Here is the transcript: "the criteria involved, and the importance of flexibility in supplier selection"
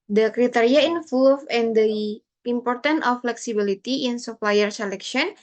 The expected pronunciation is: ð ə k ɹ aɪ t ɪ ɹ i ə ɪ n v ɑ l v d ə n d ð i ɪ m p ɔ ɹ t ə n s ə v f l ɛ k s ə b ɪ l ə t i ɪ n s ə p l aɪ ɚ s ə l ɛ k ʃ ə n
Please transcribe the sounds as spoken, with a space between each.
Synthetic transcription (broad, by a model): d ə k ɹ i t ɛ ɹ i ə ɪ n f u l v ə n d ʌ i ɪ m p ɔ ɹ t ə n ə f l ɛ k s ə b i l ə t i ɪ n s ə p l aɪ ɚ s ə l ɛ k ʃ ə n